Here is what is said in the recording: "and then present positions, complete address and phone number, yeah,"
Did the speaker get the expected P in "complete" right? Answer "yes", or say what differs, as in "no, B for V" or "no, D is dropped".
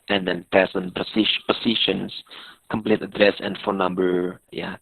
yes